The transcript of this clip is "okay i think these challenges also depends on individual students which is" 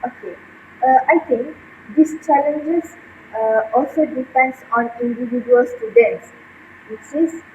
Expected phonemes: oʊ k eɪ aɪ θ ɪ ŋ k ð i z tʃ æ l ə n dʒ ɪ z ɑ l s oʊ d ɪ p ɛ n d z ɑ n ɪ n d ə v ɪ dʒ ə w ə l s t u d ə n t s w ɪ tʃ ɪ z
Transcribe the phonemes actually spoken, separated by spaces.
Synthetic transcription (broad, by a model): oʊ k eɪ aɪ t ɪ ŋ k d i s tʃ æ l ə n dʒ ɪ s ɑ l s oʊ d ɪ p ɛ n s ɑ n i n d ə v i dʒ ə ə l s t u d ə n t s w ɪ s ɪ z